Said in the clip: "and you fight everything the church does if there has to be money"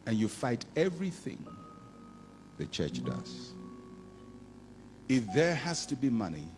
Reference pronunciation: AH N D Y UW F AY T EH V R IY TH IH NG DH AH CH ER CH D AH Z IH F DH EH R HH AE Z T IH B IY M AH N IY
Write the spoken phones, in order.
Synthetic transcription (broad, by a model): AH N Y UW F AY T EH V R IY TH IH NG DH AH CH ER CH D AH Z IH F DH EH R HH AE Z T IH B IY M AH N IY